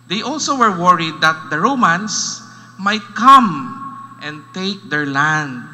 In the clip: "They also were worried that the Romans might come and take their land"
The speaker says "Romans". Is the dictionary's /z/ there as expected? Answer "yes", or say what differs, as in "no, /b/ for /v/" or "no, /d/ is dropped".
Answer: no, /s/ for /z/